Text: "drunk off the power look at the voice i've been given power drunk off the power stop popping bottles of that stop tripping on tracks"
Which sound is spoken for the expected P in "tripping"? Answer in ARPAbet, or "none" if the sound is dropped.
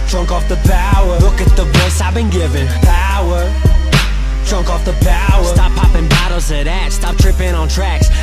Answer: P